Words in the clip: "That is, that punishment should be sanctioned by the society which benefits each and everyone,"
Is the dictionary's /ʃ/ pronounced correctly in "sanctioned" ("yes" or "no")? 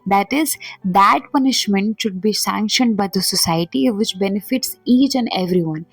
yes